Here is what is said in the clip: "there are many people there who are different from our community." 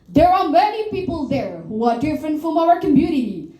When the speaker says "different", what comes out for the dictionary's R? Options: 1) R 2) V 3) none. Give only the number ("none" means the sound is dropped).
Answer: 1